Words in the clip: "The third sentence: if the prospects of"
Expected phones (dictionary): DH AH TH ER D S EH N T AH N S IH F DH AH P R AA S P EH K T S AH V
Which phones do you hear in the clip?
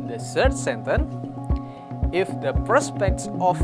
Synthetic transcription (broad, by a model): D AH S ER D S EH N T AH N IH F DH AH P R AA S P EH K T S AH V